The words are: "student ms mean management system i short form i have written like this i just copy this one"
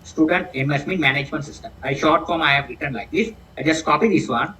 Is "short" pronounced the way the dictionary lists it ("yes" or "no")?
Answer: yes